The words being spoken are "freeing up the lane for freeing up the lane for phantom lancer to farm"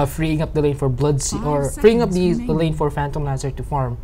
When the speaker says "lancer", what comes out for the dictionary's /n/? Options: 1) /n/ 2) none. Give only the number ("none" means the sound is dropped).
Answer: 2